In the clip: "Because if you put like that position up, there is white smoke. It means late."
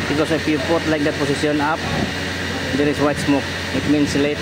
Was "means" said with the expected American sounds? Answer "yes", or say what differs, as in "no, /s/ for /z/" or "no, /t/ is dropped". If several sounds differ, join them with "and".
no, /s/ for /z/